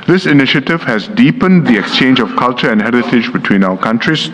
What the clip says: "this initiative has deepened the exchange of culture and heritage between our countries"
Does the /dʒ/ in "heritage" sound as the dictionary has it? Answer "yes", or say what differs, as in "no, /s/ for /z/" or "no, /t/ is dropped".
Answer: yes